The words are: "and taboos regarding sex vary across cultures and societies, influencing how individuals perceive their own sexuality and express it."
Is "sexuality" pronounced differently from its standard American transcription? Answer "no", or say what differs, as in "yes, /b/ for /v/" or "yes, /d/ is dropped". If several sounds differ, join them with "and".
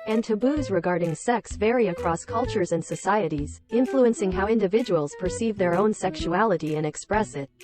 no